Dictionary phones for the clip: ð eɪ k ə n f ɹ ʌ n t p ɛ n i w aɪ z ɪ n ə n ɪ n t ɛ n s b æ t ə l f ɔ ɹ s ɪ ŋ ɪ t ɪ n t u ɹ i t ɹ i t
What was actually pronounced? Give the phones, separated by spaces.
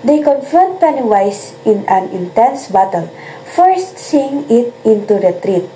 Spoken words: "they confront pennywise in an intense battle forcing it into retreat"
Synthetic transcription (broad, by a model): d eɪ k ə n f ʌ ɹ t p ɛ n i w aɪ s ɪ n ə n ɪ n t ɛ n s b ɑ t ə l f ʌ ɹ s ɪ ŋ ɪ t ɪ n t u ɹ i t ɹ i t